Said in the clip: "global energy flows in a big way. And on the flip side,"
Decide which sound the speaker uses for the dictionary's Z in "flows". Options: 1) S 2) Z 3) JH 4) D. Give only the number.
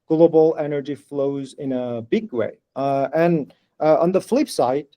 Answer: 2